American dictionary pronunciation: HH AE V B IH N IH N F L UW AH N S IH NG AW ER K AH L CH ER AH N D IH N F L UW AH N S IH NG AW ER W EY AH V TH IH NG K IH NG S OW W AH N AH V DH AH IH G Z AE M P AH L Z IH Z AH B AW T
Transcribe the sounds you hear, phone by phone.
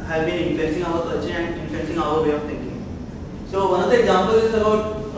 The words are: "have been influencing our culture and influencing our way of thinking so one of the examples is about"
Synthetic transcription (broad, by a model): HH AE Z B IH N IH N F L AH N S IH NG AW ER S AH CH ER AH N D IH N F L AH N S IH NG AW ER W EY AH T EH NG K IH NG S OW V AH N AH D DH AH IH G Z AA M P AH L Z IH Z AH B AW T